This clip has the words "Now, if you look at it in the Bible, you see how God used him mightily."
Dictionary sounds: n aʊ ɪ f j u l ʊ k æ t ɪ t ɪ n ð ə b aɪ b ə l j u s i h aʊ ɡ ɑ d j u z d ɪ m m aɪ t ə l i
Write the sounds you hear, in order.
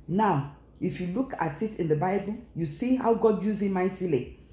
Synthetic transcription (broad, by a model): n aʊ ɪ f j u l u k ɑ t ɪ t ɪ n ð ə b aɪ b ə l j u s i h aʊ ɡ ɑ d j u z ɪ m m aɪ t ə l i